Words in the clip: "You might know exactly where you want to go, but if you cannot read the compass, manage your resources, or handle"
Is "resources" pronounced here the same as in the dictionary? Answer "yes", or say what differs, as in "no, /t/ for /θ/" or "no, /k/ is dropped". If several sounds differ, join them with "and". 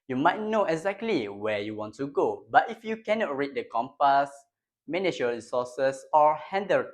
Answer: no, /s/ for /z/